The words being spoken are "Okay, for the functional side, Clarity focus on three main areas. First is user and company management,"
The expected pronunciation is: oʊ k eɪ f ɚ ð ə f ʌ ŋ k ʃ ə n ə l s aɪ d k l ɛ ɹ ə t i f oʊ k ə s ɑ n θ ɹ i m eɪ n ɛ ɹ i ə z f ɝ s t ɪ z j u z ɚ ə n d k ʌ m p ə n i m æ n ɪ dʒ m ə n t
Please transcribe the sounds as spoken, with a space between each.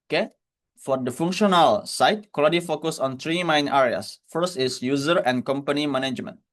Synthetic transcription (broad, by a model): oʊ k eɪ f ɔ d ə f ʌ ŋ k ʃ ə n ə l s aɪ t k ɔ l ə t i f oʊ k ə s ɑ n t ɹ i m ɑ n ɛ ɹ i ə s f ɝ s t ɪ s j u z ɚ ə n k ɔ m p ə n i m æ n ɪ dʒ m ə n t